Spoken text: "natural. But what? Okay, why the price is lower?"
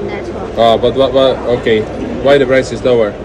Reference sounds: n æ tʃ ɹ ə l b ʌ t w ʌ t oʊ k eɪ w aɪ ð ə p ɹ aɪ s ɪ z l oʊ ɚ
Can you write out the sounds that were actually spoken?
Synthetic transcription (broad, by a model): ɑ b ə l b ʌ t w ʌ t oʊ k eɪ w aɪ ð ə b ɹ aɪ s ɪ z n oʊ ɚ